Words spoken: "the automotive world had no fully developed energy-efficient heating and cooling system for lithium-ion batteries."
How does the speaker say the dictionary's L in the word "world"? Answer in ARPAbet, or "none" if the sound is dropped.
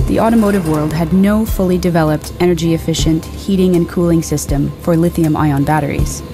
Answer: L